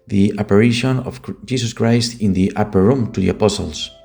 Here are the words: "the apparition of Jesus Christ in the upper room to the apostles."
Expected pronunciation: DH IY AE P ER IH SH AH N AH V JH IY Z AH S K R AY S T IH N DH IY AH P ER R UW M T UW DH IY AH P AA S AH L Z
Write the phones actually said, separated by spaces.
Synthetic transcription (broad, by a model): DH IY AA P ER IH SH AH N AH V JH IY S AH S K R AY S T IH N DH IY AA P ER R UW M T UW DH IY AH P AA S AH L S